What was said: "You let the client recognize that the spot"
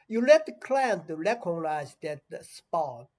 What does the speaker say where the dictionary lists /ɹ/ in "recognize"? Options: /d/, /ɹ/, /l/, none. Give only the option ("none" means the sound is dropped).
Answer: /l/